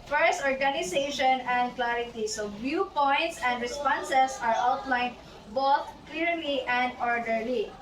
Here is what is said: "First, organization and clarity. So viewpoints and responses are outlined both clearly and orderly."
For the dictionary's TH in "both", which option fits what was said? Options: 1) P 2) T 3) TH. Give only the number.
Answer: 2